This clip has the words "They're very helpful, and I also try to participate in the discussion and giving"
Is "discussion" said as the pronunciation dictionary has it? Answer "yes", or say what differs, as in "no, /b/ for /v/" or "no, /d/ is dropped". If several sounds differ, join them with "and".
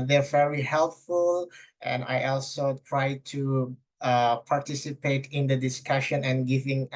yes